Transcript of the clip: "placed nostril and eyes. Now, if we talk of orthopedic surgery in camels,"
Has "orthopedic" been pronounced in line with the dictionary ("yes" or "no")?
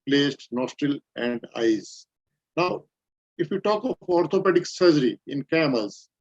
no